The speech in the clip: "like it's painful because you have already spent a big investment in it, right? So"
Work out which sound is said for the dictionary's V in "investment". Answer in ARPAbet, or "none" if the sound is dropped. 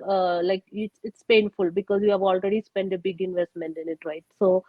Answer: V